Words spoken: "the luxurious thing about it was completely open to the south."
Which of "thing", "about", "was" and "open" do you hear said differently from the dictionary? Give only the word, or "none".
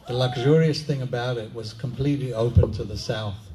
none